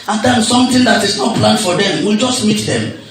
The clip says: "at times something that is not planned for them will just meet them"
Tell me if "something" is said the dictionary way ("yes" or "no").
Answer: no